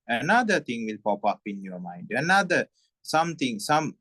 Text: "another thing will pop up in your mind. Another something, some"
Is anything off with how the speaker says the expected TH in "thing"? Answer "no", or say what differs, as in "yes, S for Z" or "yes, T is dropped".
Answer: yes, T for TH